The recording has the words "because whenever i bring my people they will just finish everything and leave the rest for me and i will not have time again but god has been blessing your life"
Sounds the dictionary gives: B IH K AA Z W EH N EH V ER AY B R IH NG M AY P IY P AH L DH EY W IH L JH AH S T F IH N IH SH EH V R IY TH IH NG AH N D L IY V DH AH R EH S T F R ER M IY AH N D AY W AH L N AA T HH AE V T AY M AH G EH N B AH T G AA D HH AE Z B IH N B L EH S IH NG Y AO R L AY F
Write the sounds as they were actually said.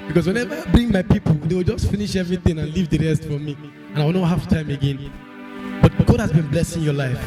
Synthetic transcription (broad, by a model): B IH K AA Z W EH N EH V ER AY B R IH NG M AY P IY P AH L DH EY W IH L JH AH S T F IH N IH SH EH V R IY TH IH NG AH N L IY V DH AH R EH S T F R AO M IY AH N AY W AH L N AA HH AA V T AY M AH G EH N B AH T G AA D HH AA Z B IH N B L EH S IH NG Y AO L AY F